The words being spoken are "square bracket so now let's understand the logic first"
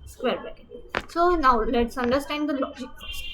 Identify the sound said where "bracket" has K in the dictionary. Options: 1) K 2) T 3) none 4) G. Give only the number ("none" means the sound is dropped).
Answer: 3